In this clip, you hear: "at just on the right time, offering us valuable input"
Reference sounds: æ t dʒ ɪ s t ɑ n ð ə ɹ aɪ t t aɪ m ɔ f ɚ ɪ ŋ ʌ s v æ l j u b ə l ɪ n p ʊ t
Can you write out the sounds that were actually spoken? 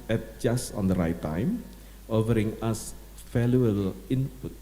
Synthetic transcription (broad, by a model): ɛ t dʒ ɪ s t ɑ n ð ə ɹ aɪ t t aɪ m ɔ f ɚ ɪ ŋ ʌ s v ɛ l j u ə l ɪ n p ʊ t